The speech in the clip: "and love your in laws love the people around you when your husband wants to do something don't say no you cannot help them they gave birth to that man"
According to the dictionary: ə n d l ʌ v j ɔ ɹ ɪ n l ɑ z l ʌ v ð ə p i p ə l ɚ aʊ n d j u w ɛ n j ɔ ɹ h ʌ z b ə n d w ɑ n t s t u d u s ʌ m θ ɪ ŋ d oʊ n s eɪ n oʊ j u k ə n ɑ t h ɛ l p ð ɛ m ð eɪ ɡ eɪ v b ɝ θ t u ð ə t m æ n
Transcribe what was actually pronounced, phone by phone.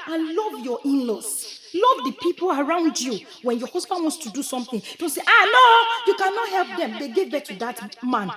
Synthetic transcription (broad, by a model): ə n l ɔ v j ɔ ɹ ɪ n l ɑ s l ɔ v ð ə p i p ə l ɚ aʊ n d j u w ɛ n j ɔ h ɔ s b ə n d w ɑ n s t u d u s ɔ m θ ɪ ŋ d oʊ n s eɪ n oʊ j u k ə n ɑ t h ɛ l p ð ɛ m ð eɪ ɡ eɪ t b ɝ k t u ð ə t m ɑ n